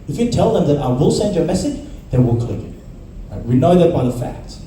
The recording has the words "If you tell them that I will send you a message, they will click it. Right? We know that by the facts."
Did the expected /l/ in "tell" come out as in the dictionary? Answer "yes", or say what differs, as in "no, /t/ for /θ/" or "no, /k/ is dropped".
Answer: yes